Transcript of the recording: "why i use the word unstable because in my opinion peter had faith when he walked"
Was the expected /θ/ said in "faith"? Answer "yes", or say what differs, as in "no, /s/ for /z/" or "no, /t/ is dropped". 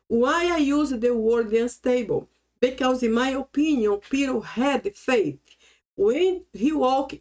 no, /t/ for /θ/